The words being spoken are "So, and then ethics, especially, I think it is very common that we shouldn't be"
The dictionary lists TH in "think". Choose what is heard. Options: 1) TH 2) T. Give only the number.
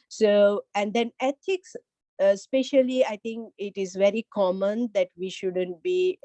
2